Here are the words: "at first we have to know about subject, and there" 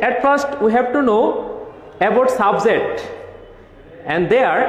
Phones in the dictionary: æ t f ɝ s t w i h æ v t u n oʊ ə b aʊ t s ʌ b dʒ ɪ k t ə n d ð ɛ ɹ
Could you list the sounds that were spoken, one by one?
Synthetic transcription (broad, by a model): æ t f ɝ s t w i h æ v t u n oʊ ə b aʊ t s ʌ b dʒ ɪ t ə n d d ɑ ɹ